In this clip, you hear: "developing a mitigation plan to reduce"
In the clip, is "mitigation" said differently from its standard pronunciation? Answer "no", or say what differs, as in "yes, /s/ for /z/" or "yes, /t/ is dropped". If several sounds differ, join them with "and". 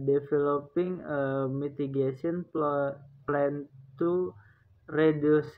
yes, /s/ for /ʃ/